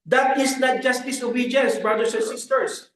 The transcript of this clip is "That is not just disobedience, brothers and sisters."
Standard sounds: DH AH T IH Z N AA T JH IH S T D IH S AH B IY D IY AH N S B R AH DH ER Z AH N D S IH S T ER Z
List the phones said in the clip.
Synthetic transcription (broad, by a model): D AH T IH S N AA T JH IH S T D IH S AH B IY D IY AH N S B R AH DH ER S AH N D S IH S T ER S